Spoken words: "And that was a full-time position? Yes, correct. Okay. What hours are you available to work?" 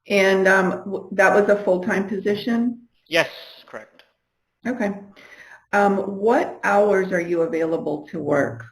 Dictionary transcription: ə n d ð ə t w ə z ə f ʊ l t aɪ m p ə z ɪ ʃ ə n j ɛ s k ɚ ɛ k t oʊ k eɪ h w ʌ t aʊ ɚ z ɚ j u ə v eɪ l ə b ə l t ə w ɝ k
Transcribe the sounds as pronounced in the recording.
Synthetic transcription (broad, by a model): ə n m ð ə t w ə z ə f ʊ l t aɪ m p ə z ɪ ʃ ə n j ɛ s k ɚ ɛ k t oʊ k eɪ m w ʌ t aʊ ɚ z ɚ j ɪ ə v eɪ l ə b ə l t ə w ɝ k